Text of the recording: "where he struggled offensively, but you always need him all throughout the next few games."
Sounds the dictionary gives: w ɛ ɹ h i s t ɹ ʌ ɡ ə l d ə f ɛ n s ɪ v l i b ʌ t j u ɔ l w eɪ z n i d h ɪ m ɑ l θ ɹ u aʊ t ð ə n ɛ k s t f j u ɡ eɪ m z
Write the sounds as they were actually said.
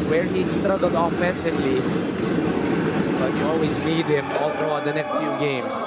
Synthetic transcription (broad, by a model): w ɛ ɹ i s t ɹ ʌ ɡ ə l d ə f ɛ n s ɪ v l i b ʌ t j u ɔ l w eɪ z n i d h ɪ m ɑ l t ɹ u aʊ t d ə n ɛ k s t f j u ɡ eɪ m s